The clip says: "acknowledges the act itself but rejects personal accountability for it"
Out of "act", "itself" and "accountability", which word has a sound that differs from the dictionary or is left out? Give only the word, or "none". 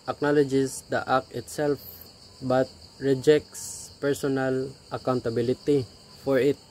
act